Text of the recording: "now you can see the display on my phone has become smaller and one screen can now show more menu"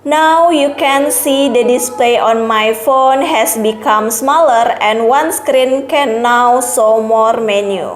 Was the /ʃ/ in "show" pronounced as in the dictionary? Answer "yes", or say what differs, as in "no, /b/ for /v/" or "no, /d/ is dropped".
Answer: no, /s/ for /ʃ/